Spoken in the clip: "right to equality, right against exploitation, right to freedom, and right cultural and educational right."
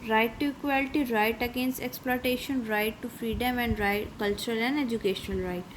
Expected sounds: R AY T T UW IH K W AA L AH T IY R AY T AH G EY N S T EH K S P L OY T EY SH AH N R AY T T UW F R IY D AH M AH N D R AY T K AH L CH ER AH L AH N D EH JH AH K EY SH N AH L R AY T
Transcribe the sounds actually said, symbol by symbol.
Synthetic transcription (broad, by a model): R AY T T UW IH K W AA L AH T IY R AY T AH G EY N S T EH K S P L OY T EY SH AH N R AY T T UW F R IY D AH M AH N D R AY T K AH L CH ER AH L AH N D EH JH AH K EY SH N AH L R AY T